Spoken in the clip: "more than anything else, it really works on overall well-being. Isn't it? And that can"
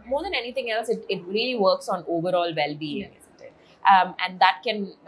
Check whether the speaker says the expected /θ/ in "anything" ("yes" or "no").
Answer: no